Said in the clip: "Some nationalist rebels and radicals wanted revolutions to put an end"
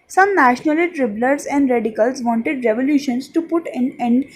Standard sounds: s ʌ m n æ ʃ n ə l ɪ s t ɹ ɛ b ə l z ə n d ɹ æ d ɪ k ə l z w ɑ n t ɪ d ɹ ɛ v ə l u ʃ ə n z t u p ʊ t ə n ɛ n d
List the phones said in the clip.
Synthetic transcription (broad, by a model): s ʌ m n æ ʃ n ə l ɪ t ɹ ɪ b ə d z ə n d ɹ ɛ d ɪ k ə l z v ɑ n t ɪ d ɹ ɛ v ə l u ʃ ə n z t u p ʊ t ə n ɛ n d